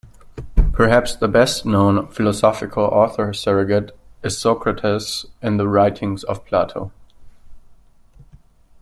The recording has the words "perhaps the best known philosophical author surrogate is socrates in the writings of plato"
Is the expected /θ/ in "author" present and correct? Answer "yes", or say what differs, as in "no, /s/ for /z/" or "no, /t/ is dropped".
yes